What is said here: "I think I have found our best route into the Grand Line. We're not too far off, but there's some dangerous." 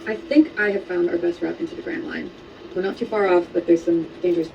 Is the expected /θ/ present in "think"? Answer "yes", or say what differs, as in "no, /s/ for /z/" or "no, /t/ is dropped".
yes